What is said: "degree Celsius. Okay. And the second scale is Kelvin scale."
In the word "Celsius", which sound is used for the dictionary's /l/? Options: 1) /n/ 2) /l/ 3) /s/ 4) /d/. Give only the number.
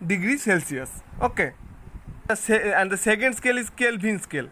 2